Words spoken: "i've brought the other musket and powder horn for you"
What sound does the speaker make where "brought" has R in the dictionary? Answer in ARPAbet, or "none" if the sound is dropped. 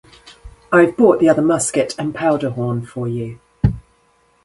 none